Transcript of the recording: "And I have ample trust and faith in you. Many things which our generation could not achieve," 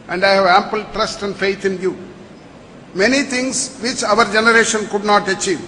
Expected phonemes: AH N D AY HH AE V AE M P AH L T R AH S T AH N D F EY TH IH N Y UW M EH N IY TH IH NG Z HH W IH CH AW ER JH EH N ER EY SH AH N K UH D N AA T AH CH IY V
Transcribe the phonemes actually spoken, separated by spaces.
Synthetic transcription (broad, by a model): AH N D AY HH AE V AE M P AH L T R AH S T AH N D F EY T IH N Y UW M EH N IY T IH NG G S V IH CH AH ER JH EH N ER EY SH AH N K UH D N AA T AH CH IY V